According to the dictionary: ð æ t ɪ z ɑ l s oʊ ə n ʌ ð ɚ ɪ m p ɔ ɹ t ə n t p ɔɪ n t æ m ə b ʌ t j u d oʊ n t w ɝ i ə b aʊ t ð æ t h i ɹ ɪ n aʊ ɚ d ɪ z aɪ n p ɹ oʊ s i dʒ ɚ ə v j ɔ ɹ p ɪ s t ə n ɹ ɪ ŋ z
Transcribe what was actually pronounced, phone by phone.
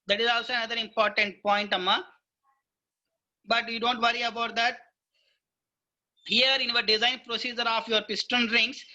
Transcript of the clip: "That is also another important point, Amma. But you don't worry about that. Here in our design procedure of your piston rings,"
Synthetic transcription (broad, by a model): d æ t ɪ z ɑ l s oʊ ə n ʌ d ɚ ɪ m p ɔ ɹ t ə n t p ɔɪ n t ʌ m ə b ʌ t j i d oʊ n t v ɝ i ə b aʊ t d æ t h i ɹ ɪ n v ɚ d ɪ z aɪ n p ɹ oʊ s i dʒ ɚ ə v j ɔ ɹ p ɪ s t ə n ɹ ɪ ŋ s